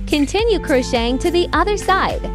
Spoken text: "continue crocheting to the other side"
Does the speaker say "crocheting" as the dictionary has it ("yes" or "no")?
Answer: yes